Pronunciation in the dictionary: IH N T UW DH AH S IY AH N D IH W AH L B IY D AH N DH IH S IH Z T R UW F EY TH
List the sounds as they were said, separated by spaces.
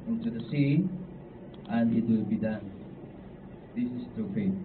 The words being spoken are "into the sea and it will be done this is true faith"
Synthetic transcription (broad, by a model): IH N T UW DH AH S IY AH N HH IH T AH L B IY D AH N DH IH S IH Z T UW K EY